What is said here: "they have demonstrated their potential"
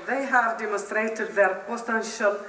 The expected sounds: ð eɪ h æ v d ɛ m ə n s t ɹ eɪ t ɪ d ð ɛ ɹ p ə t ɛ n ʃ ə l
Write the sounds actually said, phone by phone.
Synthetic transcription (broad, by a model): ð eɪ h æ v d ɛ m ə n s t ɹ eɪ t ɪ d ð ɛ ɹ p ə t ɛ n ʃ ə l